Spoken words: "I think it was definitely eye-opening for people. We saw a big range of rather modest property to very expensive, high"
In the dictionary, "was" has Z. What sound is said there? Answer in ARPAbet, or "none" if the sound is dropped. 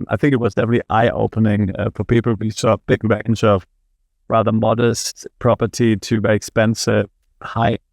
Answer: Z